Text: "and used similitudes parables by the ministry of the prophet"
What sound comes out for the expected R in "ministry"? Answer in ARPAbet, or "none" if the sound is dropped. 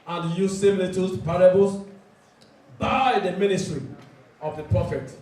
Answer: R